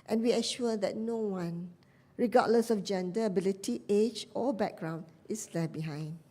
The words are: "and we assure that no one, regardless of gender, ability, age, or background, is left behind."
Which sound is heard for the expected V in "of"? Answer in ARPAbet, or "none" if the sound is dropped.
F